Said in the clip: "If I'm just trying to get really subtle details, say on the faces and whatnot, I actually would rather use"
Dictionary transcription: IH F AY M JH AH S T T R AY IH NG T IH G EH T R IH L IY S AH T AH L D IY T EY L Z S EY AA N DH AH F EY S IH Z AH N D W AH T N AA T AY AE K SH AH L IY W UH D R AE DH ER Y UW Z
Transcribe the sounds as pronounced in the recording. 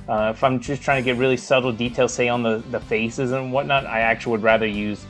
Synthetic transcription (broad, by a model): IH F AY M JH AH S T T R AY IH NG T IH G EH T R IH L IY S AH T L D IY T EY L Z S EY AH N DH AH F EY S IH Z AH N W AH T N AA T AY AE K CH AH L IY W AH D R AE DH ER Y UW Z